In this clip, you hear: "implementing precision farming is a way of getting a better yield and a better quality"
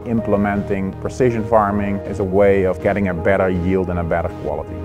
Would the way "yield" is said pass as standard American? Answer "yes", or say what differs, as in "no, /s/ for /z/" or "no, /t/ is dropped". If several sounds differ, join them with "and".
yes